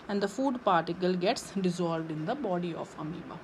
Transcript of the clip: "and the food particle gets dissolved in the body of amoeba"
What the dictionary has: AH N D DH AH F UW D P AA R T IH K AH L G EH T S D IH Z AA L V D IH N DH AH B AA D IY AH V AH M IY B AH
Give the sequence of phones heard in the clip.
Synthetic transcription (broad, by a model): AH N D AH F UW D P AA R T IH K AH L G EH T S D IH Z AA L V D IH N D AH B AA D IY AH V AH M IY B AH